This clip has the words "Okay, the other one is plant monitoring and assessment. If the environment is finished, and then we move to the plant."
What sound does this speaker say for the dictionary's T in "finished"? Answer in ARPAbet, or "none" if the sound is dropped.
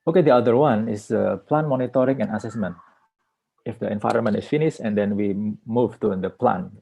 none